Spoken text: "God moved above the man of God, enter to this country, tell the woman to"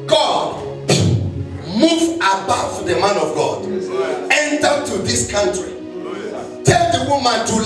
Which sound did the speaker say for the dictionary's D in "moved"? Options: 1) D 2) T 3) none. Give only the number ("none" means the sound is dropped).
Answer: 3